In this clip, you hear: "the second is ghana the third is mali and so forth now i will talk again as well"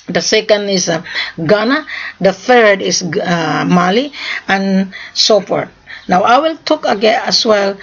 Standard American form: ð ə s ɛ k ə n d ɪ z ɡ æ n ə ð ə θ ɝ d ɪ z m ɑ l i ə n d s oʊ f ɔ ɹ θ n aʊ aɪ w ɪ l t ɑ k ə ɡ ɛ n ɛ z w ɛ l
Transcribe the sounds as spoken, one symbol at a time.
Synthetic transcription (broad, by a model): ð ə s ɛ k ə n d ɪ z ɡ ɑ n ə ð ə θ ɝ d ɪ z m ɑ l i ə n s oʊ p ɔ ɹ n aʊ aɪ w ɪ l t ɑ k ə ɡ ɛ n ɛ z w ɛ l